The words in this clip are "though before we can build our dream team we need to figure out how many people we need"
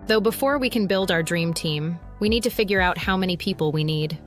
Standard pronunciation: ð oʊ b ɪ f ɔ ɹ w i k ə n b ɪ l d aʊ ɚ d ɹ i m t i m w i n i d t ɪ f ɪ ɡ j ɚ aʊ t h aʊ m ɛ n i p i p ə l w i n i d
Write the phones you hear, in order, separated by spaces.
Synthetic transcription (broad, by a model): ð oʊ b ɪ f ɔ ɹ w i k ə n b ɪ l d aʊ ɚ d ɹ i m t i m w i n i d t ɪ f ɪ ɡ j ɚ aʊ t h aʊ m ɛ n i p i p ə l w i n i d